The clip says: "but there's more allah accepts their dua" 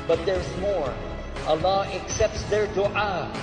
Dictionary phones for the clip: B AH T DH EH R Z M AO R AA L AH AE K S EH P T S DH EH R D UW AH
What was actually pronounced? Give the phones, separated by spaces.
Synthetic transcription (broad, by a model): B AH T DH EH R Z M AO R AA L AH AE K S EH P T S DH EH R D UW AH